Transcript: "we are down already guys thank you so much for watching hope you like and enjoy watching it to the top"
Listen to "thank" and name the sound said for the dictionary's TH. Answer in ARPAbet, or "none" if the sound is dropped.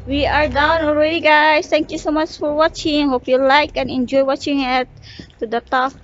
T